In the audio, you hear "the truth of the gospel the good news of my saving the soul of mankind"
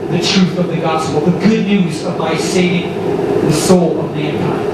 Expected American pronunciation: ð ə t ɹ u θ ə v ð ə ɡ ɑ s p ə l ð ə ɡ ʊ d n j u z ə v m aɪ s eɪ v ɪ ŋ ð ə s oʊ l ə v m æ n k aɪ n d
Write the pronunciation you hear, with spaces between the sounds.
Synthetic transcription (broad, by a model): ð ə t ɹ u θ ə v ð ə ɡ ɑ s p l ð ə ɡ ʊ d n j u z ə v m aɪ s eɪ ɪ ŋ ð ə s oʊ l ə v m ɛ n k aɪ